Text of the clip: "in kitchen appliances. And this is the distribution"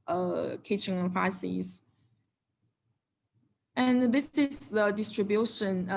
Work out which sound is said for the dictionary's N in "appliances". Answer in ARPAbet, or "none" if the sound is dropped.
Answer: none